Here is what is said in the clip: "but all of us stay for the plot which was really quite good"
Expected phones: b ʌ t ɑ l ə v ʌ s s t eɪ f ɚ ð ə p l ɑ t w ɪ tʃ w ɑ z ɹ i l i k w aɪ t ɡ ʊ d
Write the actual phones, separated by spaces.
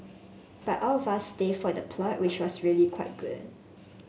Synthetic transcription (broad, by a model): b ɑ t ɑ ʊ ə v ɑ s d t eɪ f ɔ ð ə p l ɑ t w ɪ tʃ w ɑ s ɹ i l i k w aɪ t ɡ ʊ d